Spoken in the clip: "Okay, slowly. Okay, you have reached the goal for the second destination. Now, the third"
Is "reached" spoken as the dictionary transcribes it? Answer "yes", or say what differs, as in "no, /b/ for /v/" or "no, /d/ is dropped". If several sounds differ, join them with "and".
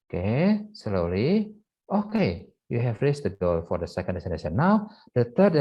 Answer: no, /s/ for /tʃ/